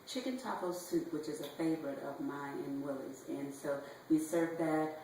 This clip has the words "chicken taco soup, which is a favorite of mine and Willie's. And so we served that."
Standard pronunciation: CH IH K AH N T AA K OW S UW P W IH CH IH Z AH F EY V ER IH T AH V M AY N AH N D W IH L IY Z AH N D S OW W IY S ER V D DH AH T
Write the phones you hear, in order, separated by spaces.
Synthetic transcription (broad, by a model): CH IH K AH N T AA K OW S UW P W IH CH IH Z AH F EY V ER IH T AH V M AY AH N W IH L IY Z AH N S OW W IY S ER V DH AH T